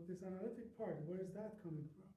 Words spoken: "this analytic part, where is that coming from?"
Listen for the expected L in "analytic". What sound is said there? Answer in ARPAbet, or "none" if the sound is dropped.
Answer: L